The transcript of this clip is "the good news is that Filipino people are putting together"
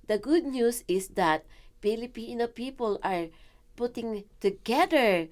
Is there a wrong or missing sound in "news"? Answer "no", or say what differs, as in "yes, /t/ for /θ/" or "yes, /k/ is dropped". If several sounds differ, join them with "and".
yes, /s/ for /z/